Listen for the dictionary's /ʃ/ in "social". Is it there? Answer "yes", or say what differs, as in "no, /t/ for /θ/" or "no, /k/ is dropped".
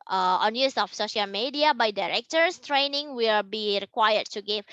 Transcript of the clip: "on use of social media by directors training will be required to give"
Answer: yes